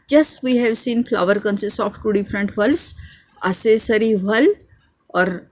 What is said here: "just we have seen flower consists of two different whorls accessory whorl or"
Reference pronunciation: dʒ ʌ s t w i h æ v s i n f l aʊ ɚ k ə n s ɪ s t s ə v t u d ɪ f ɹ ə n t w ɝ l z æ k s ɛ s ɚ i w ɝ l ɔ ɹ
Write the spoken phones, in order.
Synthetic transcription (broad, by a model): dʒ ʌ s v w i h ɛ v s i n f l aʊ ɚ k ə n s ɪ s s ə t t u d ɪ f ɹ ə n t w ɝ l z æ s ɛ s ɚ i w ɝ l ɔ ɹ